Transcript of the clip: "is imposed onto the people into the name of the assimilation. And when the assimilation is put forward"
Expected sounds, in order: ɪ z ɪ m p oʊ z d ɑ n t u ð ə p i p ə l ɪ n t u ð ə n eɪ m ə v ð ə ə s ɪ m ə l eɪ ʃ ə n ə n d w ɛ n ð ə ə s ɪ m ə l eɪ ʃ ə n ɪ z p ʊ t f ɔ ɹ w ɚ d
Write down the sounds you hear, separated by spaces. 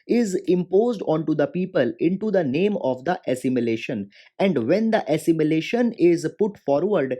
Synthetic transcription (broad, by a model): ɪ z ɪ m p oʊ z d ɑ n t u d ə p i p ə l ɪ n t u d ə n eɪ m ə v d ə ə s ɪ m ə l eɪ ʃ ə n ə n d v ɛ n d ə ə s ɪ m ə l eɪ ʃ ə n ɪ z p ʊ t f ɔ ɹ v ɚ d